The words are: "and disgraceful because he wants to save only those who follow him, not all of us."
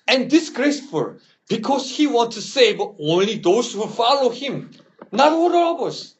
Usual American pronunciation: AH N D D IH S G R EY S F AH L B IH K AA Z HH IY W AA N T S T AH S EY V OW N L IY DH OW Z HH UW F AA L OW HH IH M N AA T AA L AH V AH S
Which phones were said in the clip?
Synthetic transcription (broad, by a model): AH N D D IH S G R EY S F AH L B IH K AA S HH IY W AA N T S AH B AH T OW N L IY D OW S HH UW F AA L OW HH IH M N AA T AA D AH B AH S